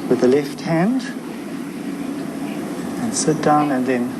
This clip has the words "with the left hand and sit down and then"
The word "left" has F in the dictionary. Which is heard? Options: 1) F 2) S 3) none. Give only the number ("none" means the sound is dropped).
1